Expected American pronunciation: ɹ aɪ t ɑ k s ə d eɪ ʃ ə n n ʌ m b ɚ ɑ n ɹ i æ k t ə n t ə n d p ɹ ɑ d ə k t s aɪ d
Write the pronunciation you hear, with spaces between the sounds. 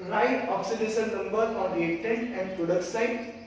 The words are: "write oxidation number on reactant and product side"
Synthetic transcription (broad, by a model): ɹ aɪ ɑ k s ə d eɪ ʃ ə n n ʌ m b ɚ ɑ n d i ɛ t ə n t ə n d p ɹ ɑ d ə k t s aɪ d